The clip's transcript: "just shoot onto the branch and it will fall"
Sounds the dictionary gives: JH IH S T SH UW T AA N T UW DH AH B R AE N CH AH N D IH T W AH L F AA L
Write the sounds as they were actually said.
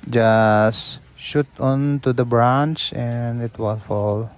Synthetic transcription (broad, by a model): JH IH S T SH UW T AA N T UW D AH B R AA N CH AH N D IH T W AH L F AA L